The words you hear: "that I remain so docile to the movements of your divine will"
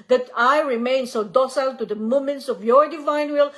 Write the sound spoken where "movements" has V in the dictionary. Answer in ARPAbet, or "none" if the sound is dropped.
none